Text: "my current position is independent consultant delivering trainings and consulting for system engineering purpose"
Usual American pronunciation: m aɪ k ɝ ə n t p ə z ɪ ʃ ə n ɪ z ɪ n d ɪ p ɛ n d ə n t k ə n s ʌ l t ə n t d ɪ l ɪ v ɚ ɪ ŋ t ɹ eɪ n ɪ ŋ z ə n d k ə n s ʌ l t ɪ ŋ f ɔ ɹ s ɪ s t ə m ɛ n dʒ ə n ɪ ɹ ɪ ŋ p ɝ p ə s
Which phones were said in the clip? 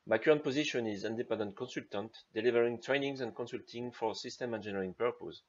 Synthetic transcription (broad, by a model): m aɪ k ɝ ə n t p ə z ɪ ʃ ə n ɪ z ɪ n d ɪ p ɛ n d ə n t k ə n s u l t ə n t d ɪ l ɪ v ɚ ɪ ŋ t ɹ eɪ n ɪ ŋ z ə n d k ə n s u l t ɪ ŋ f ɔ ɹ s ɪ s t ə m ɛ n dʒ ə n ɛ ɹ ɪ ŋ p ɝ p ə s